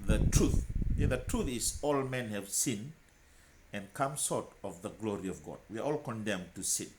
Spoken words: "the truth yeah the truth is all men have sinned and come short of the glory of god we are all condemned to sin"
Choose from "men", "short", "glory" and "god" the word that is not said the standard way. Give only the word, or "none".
short